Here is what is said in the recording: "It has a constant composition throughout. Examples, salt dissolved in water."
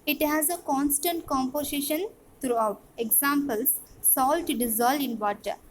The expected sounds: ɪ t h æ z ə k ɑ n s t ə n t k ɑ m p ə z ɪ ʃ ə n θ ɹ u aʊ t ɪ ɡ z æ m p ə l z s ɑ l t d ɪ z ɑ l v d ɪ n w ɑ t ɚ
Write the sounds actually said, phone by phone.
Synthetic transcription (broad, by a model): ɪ t h æ z ə k ɑ n s t ə n t k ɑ m p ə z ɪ ʃ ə n t ɹ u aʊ t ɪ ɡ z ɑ m p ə l s ɑ l t d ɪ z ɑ l d ɪ n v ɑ t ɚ